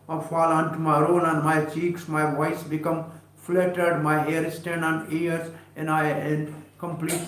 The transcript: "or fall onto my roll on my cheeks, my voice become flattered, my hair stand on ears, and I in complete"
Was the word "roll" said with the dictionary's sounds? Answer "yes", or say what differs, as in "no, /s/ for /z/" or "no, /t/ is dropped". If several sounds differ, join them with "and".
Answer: no, /n/ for /l/